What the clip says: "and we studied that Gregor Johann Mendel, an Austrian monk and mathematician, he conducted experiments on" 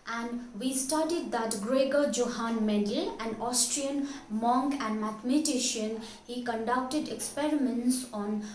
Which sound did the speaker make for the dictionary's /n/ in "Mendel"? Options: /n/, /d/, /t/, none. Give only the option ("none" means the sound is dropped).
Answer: none